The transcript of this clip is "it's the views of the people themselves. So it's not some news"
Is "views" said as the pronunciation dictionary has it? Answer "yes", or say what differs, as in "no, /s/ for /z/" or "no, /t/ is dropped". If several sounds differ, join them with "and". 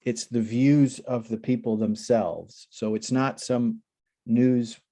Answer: yes